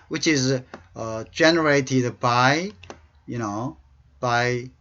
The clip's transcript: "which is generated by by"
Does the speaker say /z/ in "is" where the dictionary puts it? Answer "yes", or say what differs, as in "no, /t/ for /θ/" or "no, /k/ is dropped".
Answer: yes